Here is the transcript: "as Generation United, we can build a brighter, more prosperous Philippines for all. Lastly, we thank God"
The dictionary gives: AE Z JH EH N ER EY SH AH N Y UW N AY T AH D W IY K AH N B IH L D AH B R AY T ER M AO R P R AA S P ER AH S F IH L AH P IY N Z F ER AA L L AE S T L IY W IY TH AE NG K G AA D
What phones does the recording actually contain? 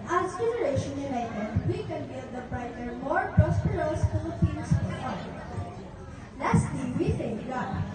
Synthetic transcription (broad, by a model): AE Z JH EH N ER EY SH AH N Y UW N AY T AH D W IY K AH N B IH D AH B R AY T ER M AO R P R AA S P ER AH S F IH AH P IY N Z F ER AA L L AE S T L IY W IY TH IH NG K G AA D